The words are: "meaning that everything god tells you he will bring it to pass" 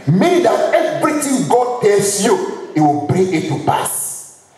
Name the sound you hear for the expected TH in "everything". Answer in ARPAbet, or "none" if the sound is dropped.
T